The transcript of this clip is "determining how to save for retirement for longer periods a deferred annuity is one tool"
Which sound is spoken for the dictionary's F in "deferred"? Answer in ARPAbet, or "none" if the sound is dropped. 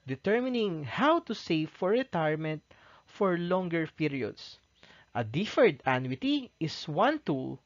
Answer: F